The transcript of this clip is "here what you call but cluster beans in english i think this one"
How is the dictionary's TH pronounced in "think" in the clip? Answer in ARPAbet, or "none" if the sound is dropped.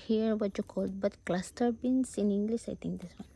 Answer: T